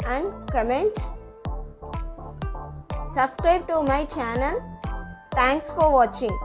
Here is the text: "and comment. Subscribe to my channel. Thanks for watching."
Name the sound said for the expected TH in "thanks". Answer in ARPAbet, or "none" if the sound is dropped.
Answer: T